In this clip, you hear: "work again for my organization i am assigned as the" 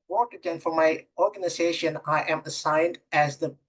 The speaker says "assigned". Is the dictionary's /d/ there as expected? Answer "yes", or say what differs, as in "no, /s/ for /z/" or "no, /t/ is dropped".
yes